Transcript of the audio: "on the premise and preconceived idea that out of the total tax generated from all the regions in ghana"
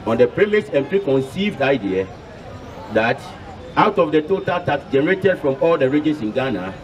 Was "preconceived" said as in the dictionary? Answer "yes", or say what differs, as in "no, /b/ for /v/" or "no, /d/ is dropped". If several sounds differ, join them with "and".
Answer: yes